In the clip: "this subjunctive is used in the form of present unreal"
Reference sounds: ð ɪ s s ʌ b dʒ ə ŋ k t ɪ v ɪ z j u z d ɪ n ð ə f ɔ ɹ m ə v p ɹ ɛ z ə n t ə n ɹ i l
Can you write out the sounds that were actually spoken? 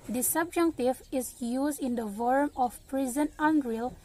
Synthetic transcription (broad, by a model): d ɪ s s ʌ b dʒ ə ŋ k t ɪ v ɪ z j u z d ɪ n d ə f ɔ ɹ m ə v p ɹ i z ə n ə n ɹ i l